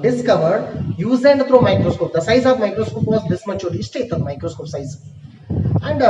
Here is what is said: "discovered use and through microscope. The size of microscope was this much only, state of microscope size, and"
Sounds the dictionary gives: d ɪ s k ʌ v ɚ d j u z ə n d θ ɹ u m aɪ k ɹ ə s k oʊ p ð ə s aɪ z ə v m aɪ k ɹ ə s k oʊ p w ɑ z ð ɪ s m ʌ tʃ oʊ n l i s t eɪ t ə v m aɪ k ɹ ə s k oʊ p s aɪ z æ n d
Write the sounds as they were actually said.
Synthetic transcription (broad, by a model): d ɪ s k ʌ v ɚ d j u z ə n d t ɹ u m aɪ k ɹ ə s k oʊ p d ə s aɪ z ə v m aɪ k ɹ ə s k oʊ p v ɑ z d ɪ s m ʌ tʃ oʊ l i s t eɪ t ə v m aɪ k ɹ ə s k oʊ p s aɪ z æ n d